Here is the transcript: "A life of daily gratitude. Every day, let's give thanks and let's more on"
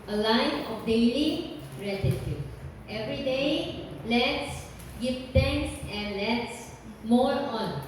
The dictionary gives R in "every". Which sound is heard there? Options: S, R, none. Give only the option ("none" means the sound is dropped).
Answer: R